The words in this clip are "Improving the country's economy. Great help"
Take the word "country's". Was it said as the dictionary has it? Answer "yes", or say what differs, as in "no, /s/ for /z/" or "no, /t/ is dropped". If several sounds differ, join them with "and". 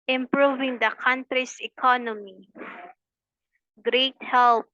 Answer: no, /s/ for /z/